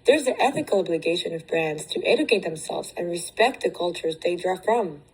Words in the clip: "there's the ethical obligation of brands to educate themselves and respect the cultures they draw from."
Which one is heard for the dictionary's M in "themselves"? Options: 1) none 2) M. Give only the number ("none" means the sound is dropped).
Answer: 2